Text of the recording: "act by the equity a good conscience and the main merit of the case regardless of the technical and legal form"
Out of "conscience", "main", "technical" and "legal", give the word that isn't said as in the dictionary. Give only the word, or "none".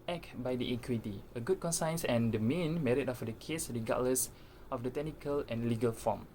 conscience